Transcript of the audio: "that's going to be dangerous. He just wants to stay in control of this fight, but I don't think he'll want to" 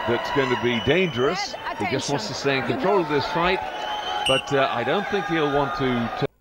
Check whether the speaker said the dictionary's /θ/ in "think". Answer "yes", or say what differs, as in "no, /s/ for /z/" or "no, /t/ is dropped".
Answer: yes